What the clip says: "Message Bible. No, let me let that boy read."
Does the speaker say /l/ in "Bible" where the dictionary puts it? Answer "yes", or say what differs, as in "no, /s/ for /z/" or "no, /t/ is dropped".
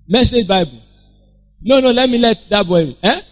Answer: no, /n/ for /l/